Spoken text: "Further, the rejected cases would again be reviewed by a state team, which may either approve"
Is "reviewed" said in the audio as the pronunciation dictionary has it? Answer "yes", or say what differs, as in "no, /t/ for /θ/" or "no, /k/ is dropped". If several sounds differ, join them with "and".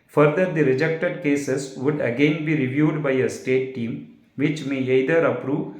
yes